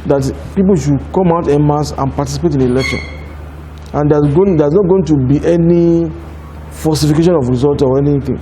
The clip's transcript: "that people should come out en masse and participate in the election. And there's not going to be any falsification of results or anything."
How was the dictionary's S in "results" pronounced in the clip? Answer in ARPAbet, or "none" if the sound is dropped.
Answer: none